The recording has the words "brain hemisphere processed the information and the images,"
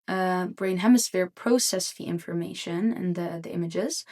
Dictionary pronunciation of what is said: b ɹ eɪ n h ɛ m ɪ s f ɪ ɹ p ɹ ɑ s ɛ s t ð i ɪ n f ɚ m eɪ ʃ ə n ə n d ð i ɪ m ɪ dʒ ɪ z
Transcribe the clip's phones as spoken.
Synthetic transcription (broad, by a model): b ɹ eɪ n h ɛ m ɪ s f ɪ ɹ p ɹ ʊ s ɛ s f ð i ɪ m f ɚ m eɪ ʃ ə n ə n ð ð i ɪ m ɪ dʒ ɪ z